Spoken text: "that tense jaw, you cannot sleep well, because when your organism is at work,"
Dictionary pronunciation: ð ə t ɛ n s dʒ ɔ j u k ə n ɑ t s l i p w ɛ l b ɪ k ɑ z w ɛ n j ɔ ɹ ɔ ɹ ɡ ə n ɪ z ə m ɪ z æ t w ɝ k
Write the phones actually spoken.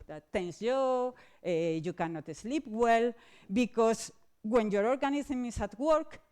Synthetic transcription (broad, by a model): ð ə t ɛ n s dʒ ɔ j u k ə n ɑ t s l i p w ɛ l b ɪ k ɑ s w ɛ n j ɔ ɹ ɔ ɹ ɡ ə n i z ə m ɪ s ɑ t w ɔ k